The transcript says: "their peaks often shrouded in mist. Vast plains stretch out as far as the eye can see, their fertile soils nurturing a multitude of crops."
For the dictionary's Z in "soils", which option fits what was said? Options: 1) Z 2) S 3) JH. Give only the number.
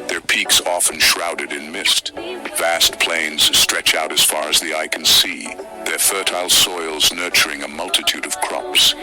1